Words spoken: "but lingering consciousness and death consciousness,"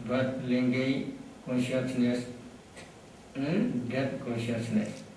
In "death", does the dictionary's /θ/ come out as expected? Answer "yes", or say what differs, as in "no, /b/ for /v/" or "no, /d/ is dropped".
no, /t/ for /θ/